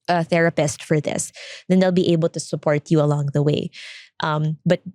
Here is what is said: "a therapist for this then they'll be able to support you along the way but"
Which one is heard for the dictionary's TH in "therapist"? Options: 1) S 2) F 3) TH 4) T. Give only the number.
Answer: 3